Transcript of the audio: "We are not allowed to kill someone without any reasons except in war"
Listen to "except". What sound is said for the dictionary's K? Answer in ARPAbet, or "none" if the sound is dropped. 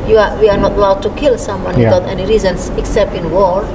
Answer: K